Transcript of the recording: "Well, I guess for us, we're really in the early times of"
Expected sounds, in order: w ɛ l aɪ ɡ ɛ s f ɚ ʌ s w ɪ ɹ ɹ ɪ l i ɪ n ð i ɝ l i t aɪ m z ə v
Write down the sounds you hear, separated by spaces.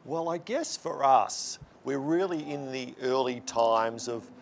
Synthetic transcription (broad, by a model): w ɛ l aɪ ɡ ɛ s f ɚ ʌ s w ɪ ɹ ɹ ɪ l i ɪ n ð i ɝ l i t aɪ m z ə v